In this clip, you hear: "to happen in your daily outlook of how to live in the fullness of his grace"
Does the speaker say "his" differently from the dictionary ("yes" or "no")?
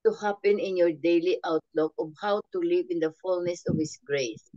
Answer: yes